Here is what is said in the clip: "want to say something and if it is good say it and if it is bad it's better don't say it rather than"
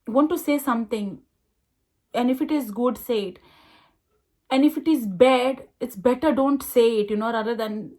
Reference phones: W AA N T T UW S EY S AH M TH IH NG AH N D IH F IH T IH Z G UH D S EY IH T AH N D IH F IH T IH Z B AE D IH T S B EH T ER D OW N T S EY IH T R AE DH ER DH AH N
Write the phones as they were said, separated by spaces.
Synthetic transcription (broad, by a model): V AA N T T UW S EY S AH M T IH NG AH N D IH F IH T IH Z G UH D S EY IH T AH N D IH F IH T IH Z B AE D IH T S B EH T ER D OW N T S EY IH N R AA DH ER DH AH N